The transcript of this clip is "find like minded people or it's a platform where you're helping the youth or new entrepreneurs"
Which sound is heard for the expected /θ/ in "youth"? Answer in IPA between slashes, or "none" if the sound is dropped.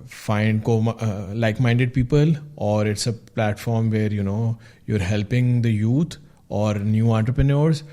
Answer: /t/